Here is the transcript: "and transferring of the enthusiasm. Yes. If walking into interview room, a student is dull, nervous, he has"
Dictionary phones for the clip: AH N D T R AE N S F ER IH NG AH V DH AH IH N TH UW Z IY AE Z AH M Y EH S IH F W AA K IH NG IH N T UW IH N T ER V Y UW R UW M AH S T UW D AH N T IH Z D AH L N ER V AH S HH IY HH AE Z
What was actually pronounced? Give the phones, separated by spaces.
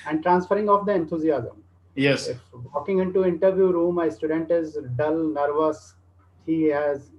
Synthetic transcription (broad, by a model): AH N D T R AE N S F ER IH NG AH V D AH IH N T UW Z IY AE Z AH M Y EH S IH F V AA K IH NG IH N T UW IH N T ER V Y UW R UW M AH S T UW D AH N T IH Z D AH L N ER V AH S HH IY HH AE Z